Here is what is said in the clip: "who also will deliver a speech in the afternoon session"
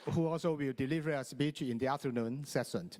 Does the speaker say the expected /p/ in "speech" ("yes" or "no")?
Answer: no